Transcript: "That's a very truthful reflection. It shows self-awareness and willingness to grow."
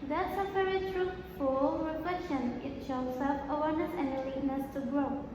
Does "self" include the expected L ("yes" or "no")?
no